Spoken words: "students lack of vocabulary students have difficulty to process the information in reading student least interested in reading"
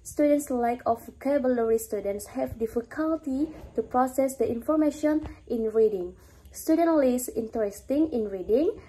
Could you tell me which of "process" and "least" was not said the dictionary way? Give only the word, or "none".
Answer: least